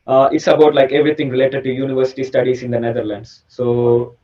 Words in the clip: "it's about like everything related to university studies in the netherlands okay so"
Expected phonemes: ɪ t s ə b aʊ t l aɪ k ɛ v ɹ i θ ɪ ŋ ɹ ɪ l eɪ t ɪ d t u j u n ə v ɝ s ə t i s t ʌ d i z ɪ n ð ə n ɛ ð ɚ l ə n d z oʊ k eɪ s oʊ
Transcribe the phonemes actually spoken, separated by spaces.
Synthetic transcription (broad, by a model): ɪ t s ə b aʊ t l aɪ k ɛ v ɹ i t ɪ ŋ ɹ ɪ l eɪ t ɪ d t u j u n ə v ɝ s ə t i s t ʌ d i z ɪ n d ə n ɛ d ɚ l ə n d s oʊ